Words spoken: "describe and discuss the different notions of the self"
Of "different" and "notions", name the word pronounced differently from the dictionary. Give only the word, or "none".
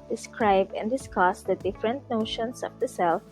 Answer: notions